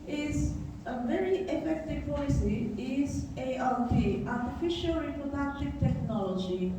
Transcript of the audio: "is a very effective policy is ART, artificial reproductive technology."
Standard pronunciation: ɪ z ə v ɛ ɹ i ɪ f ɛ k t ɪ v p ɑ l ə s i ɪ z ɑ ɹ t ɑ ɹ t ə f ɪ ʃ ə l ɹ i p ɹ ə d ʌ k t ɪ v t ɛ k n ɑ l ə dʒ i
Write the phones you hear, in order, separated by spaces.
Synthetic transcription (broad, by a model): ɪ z ə v ɛ ɹ i ɪ f ɛ k t ɪ v p ɑ l ə s i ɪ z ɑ l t ɑ ɹ t ə f ɪ ʃ ə l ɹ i p ɹ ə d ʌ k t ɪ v t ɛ k n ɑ l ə dʒ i